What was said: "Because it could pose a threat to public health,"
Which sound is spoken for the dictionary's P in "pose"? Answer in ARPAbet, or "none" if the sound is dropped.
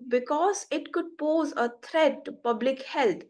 P